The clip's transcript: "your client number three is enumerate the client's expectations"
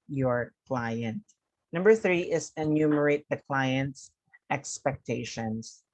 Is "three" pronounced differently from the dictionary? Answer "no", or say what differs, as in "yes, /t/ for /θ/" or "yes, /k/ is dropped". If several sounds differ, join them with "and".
no